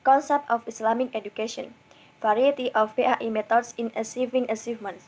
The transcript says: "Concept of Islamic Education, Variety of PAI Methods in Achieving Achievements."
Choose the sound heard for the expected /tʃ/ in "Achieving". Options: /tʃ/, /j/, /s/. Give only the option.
/s/